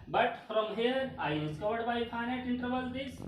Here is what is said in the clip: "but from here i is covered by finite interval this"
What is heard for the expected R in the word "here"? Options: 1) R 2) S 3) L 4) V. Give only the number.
1